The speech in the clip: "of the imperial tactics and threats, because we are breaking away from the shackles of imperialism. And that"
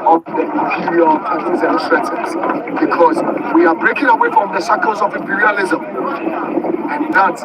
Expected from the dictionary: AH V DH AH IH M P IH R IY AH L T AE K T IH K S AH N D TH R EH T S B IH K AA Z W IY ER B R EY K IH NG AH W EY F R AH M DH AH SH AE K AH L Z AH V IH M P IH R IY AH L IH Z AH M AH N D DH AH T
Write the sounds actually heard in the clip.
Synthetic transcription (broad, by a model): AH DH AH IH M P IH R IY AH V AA T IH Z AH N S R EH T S B IH K AA Z W IY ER B R EY K IH NG AH W EY F R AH M DH AH S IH K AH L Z AH V IH M P IH R IY AH L IH Z AH M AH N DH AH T